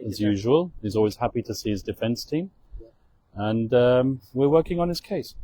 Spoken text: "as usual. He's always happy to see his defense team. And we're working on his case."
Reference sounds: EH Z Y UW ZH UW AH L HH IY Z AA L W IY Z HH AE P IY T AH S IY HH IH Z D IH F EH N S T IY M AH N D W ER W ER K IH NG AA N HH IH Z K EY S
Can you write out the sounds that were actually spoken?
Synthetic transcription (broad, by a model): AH Z Y UW ZH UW AH L HH IY Z AA L W IY Z HH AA P IY T AH S IY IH Z D IH F EH N S T IY M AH N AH W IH W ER K IH NG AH N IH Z K EY S